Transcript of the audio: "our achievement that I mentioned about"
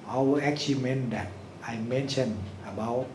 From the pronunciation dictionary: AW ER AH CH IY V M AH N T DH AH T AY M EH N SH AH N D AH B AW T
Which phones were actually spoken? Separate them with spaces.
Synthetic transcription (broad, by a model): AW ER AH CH IY M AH N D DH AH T AY M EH N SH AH N AH B AW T